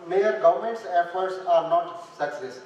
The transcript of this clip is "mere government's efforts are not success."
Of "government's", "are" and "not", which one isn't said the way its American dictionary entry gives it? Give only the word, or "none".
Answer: none